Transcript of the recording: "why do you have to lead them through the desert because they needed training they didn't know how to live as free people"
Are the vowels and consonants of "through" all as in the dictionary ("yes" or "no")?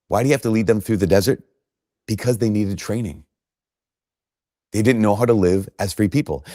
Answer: yes